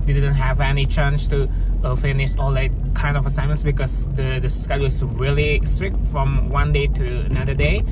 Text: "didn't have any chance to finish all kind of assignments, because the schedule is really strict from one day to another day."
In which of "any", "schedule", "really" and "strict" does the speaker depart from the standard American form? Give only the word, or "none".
schedule